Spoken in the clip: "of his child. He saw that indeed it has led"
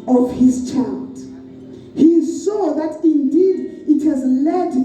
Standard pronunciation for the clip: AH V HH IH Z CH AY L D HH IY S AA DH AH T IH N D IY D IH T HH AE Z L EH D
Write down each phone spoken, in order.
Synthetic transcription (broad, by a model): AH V HH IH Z CH AY L D HH IY S AA DH AH T IH N D IY D IH T HH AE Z L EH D